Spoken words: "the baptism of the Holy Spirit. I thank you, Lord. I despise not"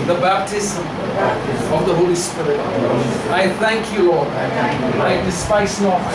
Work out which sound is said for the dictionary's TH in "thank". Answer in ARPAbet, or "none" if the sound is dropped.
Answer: TH